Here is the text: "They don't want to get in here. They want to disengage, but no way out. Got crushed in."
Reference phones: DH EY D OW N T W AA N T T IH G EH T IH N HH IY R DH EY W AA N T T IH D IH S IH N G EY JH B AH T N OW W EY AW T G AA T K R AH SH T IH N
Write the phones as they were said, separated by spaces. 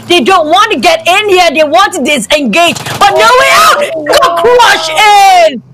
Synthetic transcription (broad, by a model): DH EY D OW N T W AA N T T IH G EH T IH N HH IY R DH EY W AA N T T IH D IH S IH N G EY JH B AH T N OW W EY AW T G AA K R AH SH IH N